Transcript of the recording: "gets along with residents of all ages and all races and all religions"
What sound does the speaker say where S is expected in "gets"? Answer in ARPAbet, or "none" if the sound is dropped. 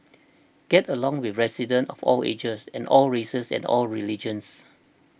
none